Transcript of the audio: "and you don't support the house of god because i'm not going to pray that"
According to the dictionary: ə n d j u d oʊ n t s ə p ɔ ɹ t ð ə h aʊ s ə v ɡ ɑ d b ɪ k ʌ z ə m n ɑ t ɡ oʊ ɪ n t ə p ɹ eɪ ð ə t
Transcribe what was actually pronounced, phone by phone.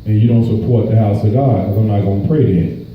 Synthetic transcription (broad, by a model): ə n j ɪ d oʊ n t s ə p ɔ ɹ t ð ə h aʊ s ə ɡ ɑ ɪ ʌ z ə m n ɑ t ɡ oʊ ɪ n p ɹ eɪ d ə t